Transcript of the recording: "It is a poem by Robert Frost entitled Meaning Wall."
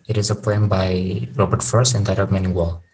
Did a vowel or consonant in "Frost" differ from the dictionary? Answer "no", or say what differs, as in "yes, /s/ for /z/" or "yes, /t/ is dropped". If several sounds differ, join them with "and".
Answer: yes, /ɹ/ is dropped